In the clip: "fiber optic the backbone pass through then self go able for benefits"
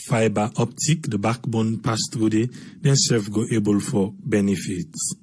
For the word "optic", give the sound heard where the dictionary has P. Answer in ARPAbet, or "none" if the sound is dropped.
P